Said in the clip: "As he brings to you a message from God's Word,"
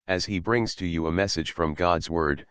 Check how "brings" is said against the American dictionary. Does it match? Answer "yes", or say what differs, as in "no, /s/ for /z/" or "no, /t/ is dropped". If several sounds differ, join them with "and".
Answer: yes